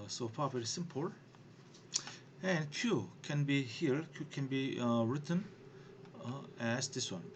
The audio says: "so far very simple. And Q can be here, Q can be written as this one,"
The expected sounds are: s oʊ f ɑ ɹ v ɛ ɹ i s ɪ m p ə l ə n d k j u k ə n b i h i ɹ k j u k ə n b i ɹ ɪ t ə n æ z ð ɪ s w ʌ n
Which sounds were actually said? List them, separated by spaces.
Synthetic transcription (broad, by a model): s oʊ p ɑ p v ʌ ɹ s ɪ m p ə l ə n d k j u k ə n b i h i ɹ k j u k ə n b i ɹ ɪ t ə n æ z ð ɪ s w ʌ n